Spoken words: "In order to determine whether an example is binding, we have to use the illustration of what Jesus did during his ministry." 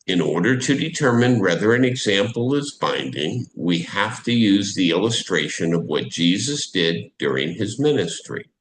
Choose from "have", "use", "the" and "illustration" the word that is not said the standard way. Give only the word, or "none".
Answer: have